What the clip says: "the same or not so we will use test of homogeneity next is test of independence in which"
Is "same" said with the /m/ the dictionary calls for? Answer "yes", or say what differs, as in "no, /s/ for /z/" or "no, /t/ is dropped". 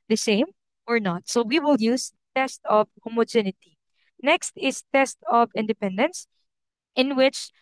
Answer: yes